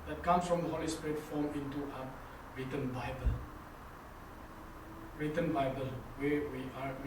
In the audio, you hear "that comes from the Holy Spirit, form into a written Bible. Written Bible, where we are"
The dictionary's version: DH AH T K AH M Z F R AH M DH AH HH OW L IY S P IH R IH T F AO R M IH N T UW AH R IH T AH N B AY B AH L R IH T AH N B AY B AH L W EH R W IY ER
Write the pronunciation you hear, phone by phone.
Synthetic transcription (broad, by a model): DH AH T K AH M S F R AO M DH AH HH OW L IY S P R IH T F AO M IH N T UW AH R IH T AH N B AY B AH L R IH T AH N B AY B AH L W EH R W IY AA